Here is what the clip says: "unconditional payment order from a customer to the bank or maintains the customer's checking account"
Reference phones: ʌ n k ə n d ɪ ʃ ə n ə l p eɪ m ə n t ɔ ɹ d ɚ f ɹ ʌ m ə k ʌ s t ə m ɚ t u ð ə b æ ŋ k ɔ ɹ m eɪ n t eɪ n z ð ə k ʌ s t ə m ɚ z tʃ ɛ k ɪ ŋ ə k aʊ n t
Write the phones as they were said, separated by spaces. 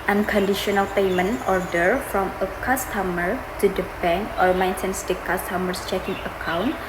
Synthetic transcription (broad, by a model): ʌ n k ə n d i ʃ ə n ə l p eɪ m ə n ɔ ɹ d ɚ f ɹ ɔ m ə k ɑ s t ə m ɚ t u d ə b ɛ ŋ k ɔ ɹ m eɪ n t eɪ n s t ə k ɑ s t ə m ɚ s tʃ ɛ k ɪ ŋ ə k aʊ n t